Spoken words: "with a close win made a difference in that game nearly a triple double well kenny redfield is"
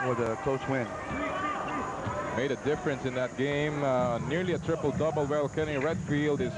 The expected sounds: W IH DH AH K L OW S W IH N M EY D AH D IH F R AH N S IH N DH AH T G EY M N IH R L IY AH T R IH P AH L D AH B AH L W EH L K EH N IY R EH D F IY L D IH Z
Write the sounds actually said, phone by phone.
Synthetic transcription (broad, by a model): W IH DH AH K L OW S W IH N M EY D AH D IH F R AH N S IH N DH AH T G EY M N IH R L IY AH T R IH P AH L D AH B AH L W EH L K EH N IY R EH D F IY L D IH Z